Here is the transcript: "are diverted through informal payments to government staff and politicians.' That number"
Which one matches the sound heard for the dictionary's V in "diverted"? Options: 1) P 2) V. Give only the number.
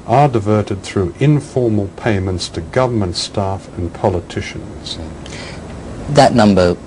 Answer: 2